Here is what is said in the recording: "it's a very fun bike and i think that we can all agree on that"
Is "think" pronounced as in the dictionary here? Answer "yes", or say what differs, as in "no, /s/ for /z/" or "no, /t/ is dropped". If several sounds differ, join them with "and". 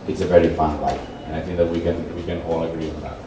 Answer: yes